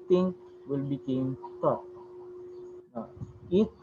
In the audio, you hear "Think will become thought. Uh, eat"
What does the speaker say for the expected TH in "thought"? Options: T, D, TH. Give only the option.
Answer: T